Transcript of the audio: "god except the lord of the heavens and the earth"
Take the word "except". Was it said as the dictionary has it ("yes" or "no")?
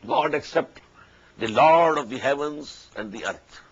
yes